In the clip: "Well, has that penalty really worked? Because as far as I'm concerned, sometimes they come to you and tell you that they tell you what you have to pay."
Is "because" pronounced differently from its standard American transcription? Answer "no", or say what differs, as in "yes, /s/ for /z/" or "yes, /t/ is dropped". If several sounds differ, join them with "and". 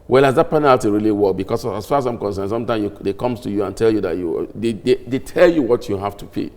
yes, /s/ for /z/